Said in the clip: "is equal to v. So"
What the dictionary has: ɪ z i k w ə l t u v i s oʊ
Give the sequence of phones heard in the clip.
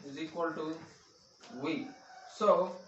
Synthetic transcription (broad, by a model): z i k w ə l t u w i s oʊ